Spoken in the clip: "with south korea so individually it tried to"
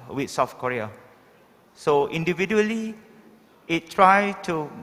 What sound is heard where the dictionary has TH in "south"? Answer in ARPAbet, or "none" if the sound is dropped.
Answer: F